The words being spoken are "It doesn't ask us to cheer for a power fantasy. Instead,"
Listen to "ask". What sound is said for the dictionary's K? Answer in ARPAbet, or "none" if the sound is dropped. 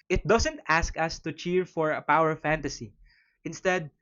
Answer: K